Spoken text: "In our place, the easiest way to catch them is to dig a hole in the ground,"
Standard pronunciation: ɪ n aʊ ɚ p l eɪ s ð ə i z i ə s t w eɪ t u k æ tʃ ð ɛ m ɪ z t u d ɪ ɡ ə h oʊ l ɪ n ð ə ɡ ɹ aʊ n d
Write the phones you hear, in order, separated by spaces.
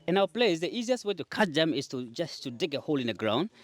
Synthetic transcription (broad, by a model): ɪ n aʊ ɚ p l eɪ s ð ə i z i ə s t w eɪ t u k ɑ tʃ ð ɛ m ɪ s t u d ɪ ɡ ə h oʊ l ɪ n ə ɡ ɹ aʊ n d